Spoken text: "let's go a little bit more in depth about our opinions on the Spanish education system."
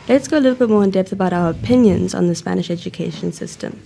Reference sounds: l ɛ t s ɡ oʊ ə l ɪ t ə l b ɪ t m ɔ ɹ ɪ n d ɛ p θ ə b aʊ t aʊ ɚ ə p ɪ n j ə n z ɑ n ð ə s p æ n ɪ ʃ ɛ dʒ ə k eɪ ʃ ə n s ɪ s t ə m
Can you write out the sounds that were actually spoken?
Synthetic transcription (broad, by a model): l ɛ t s ɡ oʊ ə l ɪ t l b ɪ t m ɔ ɹ ɪ n d ɛ p θ ə b aʊ t aʊ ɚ ə p ɪ n j ə n z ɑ n ð ə s p æ n ɪ ʃ ɛ dʒ ə k eɪ ʃ ə n s ɪ s t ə m